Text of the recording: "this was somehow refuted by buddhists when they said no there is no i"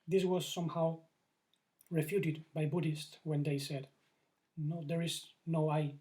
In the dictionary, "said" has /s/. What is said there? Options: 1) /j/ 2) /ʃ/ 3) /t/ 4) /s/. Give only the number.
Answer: 4